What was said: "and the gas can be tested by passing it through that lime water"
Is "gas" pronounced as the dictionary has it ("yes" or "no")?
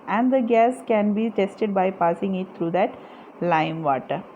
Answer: yes